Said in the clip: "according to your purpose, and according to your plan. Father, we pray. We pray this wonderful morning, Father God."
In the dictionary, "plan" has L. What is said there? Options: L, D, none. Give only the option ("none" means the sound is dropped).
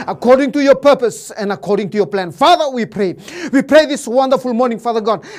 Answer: L